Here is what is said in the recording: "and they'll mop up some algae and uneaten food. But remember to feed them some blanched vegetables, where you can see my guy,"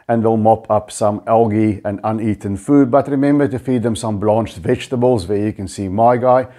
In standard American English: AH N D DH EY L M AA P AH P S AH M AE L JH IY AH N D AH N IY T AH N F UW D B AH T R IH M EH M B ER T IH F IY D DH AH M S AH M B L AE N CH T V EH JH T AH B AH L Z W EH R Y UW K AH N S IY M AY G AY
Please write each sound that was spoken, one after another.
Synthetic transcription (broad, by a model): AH N DH EY L M AA P AH P S AH M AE L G IY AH N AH N IY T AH N F UW D B AH T R IH M EH M B ER T IH F IY D DH AH M S AH M B L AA N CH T V EH JH T AH B AH L Z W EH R Y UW K AH N S IY M AY G AY